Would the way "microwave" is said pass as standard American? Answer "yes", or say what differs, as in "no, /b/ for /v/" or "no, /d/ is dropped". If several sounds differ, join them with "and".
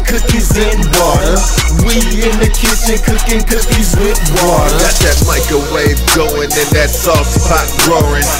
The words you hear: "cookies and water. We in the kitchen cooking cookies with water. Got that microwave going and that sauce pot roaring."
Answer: no, /ɹ/ is dropped